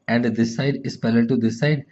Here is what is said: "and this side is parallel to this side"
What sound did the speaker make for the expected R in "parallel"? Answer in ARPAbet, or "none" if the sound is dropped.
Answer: L